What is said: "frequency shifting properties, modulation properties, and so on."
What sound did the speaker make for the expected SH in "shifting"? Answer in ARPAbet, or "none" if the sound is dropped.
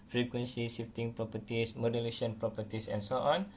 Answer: S